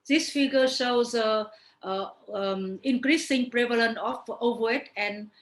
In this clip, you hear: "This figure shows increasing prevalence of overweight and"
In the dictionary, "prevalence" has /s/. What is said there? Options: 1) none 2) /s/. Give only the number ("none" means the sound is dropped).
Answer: 1